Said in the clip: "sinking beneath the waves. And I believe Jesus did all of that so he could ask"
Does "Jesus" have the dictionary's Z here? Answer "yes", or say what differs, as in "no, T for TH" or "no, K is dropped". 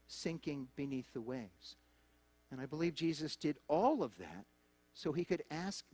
yes